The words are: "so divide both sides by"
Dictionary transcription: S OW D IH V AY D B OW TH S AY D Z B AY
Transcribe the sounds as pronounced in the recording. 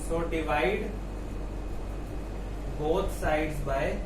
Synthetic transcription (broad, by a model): S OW D IH V AY D B OW T S AY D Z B AY